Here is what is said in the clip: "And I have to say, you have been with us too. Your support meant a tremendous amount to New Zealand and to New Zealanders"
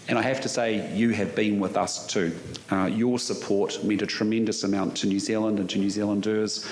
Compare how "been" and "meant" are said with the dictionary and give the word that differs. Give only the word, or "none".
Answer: meant